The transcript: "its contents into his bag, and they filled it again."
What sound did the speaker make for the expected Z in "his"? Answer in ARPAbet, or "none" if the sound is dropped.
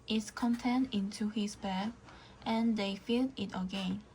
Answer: S